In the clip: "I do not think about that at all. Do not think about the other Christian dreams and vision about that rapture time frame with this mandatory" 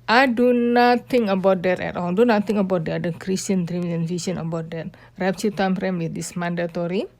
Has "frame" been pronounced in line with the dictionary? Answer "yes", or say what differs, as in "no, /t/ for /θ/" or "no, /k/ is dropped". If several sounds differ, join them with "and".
no, /p/ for /f/